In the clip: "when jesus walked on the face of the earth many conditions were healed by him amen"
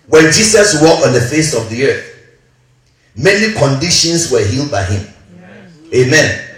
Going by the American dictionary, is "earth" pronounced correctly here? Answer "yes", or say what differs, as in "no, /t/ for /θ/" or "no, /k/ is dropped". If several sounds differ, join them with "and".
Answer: yes